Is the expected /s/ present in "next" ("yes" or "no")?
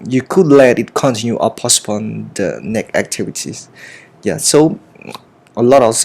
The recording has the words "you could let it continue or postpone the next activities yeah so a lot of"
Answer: no